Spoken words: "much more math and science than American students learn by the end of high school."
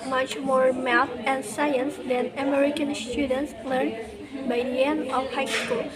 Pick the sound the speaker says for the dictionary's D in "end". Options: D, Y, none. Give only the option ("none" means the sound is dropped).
none